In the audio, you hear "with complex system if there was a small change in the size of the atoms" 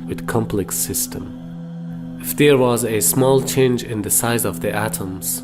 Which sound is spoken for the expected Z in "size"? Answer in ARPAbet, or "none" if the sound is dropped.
Z